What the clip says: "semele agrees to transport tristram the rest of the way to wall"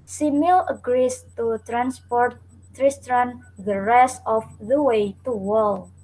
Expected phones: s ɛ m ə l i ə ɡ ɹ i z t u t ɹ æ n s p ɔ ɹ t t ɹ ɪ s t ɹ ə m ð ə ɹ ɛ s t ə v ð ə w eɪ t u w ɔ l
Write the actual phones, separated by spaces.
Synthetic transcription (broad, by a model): s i m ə l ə ɡ ɹ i s t u t ɹ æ n s p ɔ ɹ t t ɹ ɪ s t ɹ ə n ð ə ɹ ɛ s ə f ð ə w eɪ t u w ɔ l